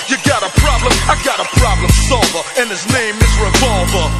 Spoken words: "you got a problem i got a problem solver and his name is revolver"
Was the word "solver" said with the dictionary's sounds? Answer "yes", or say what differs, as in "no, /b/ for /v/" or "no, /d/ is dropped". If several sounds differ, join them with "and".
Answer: yes